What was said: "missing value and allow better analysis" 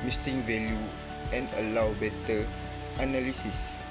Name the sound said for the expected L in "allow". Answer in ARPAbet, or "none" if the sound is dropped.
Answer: L